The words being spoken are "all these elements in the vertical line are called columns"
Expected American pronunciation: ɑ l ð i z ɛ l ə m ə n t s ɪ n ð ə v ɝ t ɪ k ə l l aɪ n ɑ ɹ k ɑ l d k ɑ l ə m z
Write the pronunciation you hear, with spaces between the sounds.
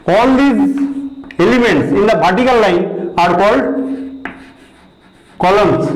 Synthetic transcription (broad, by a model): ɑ l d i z ɛ l ə m ə n t s ɪ n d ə p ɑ t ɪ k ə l l aɪ n ɑ ɹ k ɑ l d k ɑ l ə m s